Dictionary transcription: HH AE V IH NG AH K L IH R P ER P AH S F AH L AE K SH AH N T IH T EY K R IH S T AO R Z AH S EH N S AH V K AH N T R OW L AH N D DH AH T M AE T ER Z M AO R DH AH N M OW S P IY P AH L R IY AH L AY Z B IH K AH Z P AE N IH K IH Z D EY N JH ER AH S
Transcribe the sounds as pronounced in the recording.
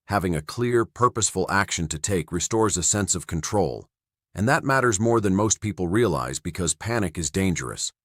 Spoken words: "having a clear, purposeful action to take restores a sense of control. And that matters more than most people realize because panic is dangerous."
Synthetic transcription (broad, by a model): HH AE V IH NG AH K L IH R P ER P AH S F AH L AE K SH AH N T IH T EY K R IH S T AO R Z AH S EH N S AH V K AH N T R OW L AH N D DH AH T M AE T ER Z M AO R DH AH N M OW S P IY P L R IY AH L AY Z B IH K AH Z P AE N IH K IH Z D EY N JH ER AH S